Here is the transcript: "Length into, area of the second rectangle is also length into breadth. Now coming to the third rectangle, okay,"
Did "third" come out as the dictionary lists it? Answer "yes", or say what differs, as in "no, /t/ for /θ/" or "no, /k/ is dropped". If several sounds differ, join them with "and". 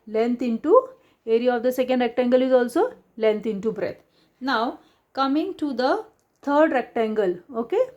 no, /t/ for /θ/